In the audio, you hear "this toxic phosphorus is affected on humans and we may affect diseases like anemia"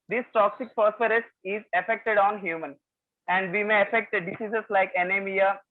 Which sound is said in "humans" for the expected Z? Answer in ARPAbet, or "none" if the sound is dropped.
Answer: none